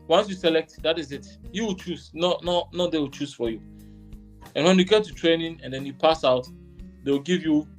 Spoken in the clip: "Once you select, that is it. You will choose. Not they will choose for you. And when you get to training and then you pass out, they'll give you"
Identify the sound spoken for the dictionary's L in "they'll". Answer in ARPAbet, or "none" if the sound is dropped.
W